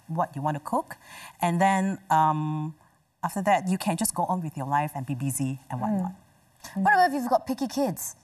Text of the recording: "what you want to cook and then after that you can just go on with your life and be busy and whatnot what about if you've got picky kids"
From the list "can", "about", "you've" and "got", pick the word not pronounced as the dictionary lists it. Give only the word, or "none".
about